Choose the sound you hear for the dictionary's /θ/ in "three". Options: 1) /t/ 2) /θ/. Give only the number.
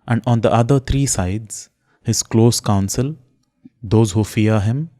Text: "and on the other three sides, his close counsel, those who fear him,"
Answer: 1